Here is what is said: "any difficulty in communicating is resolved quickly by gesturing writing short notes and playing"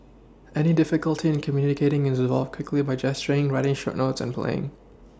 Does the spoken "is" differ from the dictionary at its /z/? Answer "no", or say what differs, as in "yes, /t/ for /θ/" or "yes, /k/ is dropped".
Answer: no